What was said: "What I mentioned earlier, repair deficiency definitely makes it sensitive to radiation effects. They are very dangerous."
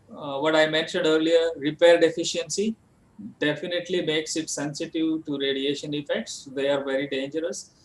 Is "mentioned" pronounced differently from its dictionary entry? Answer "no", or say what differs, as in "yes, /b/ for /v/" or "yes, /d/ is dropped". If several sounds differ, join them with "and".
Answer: no